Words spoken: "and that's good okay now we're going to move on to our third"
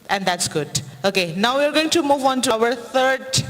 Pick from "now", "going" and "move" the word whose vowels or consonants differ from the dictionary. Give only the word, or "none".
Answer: none